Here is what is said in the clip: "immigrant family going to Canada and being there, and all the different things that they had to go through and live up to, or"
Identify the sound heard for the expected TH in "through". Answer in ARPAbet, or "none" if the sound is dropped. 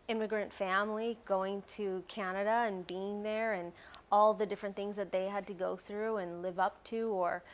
TH